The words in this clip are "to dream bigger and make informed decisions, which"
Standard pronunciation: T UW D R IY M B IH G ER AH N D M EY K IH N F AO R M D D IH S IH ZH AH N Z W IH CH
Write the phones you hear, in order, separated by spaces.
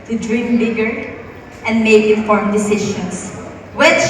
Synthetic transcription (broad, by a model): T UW D R IY M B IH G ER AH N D M EY K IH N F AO R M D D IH S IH SH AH N S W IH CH